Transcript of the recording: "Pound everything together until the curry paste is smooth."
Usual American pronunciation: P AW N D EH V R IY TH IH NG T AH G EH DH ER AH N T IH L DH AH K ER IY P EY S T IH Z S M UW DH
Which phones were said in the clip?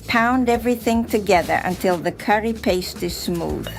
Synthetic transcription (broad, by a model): P AW N D EH V R IY TH IH NG T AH G EH DH ER AH N T IH L DH AH K ER IY P EY S T IH Z S M UW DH